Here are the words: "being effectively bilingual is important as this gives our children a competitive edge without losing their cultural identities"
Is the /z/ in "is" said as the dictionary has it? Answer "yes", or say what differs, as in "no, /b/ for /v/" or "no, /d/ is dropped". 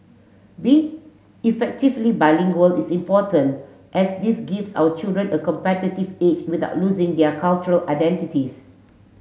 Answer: no, /s/ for /z/